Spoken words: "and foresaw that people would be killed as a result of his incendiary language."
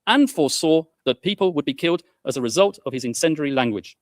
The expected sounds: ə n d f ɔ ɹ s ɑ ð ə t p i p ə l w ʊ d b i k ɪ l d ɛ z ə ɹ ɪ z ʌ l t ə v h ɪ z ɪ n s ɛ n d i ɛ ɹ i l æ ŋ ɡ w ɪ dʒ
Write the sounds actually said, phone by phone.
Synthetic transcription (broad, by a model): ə n f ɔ s ɑ ð ə t p i p ə l w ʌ d b i k ɪ l d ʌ z ə ɹ ɪ z ʌ l t ə v ɪ z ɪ n s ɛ n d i ɹ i l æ ŋ ɡ w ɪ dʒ